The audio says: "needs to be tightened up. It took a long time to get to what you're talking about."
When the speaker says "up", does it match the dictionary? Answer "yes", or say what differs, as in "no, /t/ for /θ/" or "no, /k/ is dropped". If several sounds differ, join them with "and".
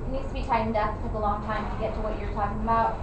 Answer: no, /f/ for /p/